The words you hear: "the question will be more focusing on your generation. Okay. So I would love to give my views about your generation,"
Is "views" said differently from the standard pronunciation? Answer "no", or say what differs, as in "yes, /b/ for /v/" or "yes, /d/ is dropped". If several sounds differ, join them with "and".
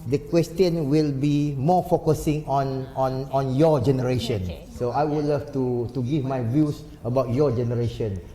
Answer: yes, /s/ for /z/